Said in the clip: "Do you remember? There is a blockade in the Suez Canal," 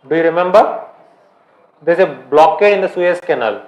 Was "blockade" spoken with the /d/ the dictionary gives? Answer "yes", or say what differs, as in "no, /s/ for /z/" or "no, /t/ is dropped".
no, /d/ is dropped